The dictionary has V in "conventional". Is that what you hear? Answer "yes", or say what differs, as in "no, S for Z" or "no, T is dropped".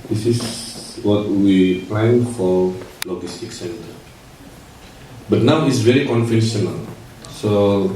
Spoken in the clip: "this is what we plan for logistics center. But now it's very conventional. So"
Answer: no, F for V